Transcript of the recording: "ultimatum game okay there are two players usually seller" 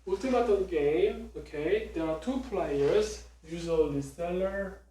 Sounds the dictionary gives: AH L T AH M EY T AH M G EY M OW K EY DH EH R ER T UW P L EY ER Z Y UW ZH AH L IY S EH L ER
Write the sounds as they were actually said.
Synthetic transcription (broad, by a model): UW L T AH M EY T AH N G EY M OW K EY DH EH R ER T UW P L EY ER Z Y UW Z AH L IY S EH L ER